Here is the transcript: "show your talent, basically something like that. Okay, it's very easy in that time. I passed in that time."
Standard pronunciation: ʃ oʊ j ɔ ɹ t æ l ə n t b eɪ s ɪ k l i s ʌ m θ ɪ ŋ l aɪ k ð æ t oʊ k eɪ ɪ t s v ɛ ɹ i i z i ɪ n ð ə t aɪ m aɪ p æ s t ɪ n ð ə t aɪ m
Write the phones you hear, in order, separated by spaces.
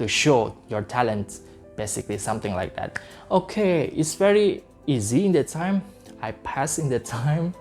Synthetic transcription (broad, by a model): ʃ oʊ j ɔ ɹ t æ l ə n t b eɪ s ɪ k l i s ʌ m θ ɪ ŋ l aɪ k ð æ t oʊ k eɪ ɪ t s v ɛ ɹ i i z i ɪ n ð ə t aɪ m aɪ p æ s ɪ n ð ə t aɪ m